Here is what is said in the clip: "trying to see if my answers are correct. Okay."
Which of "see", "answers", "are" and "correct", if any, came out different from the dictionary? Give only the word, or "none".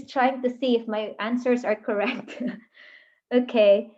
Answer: none